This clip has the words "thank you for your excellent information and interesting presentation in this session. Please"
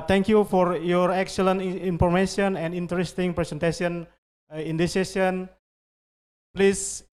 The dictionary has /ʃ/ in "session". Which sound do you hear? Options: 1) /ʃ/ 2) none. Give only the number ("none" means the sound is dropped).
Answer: 2